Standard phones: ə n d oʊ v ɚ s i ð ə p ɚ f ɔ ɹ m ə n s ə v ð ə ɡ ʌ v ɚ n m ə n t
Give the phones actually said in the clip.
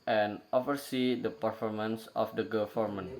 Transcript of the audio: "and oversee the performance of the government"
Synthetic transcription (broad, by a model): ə n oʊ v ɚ s i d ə p ɚ f ɔ ɹ m ə n s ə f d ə ɡ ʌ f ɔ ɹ m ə n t